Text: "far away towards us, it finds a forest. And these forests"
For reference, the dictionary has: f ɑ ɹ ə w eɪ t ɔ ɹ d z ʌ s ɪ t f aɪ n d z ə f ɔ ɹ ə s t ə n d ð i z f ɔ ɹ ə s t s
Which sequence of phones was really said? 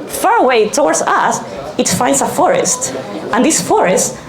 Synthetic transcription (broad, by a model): f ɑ ɹ ə w eɪ t ɔ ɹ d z ʌ s ɪ t f aɪ n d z ə f ɔ ɹ ə s t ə n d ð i s f ɔ ɹ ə s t